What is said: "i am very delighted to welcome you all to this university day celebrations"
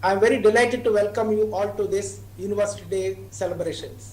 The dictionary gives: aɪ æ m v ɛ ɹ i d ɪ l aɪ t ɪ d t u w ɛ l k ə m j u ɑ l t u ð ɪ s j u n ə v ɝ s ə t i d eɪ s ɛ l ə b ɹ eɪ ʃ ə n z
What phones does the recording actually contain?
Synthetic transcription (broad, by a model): aɪ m v ɛ ɹ i d ɪ l aɪ t ɪ d t u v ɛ l k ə m j u ɑ l t u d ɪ s j u n ə v ɝ s ə t i d eɪ s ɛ l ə b ɹ eɪ ʃ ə n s